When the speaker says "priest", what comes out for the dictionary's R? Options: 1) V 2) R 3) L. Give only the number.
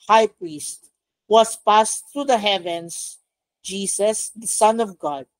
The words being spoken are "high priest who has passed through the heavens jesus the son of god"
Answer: 2